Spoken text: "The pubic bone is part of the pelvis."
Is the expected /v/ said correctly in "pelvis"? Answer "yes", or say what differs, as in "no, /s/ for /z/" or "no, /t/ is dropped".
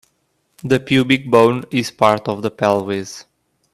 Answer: no, /w/ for /v/